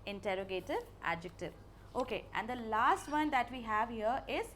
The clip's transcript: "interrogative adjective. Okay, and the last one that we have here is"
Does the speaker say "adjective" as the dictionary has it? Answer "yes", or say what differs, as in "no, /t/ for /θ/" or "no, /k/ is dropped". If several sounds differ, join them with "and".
yes